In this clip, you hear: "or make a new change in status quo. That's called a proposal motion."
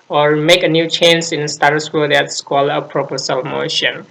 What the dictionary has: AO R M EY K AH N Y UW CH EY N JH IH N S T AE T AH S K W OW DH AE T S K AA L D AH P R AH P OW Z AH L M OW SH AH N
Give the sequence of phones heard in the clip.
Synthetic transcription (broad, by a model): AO R M EY K AH N Y UW CH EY N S IH N S T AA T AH S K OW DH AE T S K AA L AH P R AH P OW S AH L M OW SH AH N